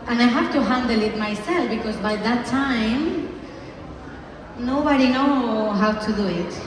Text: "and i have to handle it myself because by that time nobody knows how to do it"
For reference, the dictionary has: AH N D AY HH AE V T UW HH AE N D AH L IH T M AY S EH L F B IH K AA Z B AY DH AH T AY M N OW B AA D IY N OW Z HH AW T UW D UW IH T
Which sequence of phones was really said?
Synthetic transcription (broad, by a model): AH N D AY HH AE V T UW HH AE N D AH L IH T M AY S EH L F B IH K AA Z B AY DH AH T AY M N OW B AA D IY N OW HH AW T UW D UW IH T